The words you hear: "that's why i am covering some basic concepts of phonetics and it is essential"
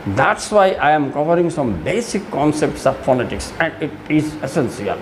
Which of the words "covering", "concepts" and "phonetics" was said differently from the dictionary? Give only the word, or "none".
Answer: phonetics